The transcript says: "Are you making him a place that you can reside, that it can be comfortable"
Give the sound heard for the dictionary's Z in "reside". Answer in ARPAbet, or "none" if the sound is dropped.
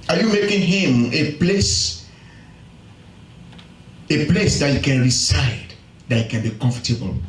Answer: S